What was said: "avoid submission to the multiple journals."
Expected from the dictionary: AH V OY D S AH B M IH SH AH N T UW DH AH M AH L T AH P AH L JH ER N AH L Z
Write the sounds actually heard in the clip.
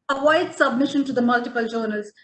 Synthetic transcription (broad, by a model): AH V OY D S AH B M IH SH AH N T UW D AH M AH L T AH P AH L JH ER N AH L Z